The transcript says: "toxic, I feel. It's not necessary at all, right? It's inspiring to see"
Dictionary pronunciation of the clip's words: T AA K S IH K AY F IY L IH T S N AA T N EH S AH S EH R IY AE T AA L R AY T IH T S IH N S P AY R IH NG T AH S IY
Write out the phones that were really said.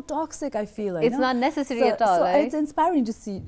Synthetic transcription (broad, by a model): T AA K S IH K AY F IY L IH T S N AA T N EH S AH S EH R IY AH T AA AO IH T S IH N S P AY R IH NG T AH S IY